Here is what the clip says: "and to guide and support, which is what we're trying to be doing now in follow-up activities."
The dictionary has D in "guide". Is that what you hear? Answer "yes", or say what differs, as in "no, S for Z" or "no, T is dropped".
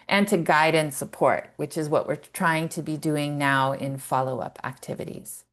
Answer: yes